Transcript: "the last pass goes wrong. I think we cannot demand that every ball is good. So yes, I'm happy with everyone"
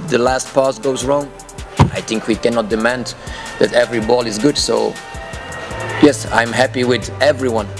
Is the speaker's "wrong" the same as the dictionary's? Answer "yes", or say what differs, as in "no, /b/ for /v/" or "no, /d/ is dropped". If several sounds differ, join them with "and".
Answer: yes